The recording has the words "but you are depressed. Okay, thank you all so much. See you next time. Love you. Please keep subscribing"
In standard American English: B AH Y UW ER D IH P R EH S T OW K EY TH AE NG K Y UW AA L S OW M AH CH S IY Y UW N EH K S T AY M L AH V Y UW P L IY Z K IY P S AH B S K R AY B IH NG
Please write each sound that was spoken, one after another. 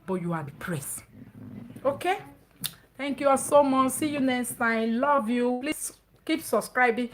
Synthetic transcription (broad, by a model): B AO Y UW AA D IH P R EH S OW K EY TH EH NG K Y UW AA S OW M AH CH S IY Y UW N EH S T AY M L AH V Y UW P L IY S K IY P S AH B S K R AY B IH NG